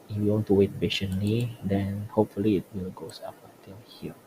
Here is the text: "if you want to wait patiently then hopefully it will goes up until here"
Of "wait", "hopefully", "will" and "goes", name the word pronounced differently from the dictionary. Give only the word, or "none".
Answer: goes